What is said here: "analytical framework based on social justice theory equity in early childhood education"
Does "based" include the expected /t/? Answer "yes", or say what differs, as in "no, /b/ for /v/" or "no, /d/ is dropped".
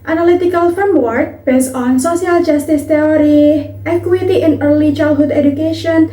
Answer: no, /t/ is dropped